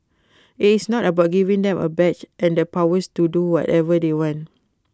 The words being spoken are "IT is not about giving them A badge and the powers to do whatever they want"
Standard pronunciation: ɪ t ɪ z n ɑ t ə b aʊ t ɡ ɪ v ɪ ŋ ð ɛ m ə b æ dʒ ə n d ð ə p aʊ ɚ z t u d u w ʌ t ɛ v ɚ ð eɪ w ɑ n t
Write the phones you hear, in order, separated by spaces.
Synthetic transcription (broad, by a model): ɪ t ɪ s n ɑ t ə b aʊ t ɡ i v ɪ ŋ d ɛ m ə b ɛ tʃ ə n d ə p aʊ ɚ s t u d u w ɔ t ɛ v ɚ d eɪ w ɑ n t